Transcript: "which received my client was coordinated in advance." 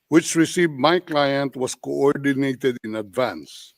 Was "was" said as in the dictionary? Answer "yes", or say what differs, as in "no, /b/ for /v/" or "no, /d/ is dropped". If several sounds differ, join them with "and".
no, /s/ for /z/